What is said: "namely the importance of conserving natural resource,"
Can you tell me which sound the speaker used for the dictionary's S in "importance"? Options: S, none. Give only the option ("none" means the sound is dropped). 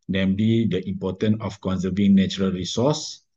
none